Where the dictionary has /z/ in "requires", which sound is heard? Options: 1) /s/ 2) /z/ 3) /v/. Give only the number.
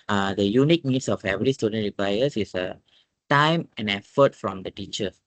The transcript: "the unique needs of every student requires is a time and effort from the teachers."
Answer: 1